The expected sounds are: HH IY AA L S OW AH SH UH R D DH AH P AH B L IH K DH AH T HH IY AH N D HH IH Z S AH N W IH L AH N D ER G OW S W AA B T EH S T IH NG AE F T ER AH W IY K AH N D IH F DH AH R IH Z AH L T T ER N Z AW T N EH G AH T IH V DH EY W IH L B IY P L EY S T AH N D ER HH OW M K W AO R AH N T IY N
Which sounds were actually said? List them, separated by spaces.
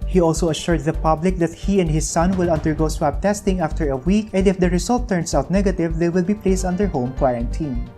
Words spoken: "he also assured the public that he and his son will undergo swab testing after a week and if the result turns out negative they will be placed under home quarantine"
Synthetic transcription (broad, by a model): HH IY AA L S OW AH SH UH R D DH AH P AH B L IH K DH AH T HH IY AH N D HH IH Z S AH N W IH L AH N D ER G OW S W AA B T EH S T IH NG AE F T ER AH W IY K AH N D IH F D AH R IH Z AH L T T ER N S AW T N EH G AH T IH V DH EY W IH L B IY P L EY S T AH N D ER HH OW M K W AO R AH N T IY N